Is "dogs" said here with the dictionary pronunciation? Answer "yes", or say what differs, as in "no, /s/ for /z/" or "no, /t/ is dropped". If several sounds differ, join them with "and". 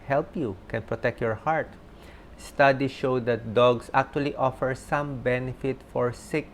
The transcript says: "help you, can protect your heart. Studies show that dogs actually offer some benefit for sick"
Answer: no, /s/ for /z/